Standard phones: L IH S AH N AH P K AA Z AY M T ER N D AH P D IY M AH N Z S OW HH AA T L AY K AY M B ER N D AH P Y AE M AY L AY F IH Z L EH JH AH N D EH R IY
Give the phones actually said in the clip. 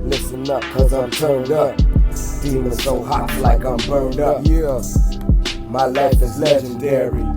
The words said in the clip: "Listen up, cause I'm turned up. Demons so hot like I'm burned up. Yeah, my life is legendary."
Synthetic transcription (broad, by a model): L IH S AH N AH P K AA Z AY M T ER N D AH P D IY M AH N S OW HH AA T L AY K AY M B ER N D AH P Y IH M AY L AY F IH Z L EH JH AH N D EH R IY